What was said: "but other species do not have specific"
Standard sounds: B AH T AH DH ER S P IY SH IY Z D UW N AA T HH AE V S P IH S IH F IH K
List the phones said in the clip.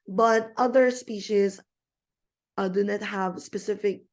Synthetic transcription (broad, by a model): B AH T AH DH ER S P IY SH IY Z D UW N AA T HH AE V S P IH S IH F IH K